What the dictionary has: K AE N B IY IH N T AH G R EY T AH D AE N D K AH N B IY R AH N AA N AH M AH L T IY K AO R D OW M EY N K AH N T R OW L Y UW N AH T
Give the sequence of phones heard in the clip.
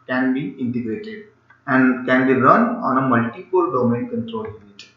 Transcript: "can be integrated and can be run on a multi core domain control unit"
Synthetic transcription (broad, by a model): K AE N B IY IH N T AH G R EY T AH D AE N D K AH N B IY R AH N AA N AH M AH L T IY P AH L D OW M EY N K AH N T R OW L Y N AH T